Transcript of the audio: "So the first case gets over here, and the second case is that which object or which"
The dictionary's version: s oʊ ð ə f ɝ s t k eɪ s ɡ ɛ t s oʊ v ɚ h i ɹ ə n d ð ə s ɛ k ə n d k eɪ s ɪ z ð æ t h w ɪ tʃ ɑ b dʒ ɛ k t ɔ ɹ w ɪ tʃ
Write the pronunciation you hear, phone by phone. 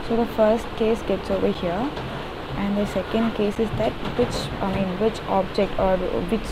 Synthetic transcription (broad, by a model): s oʊ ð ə f ɝ s t k eɪ s ɡ ɛ t s oʊ v ɚ h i ɹ ə n d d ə s ɛ k ə n d k eɪ s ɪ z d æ t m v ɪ tʃ ɑ b dʒ ɛ k t ɔ ɹ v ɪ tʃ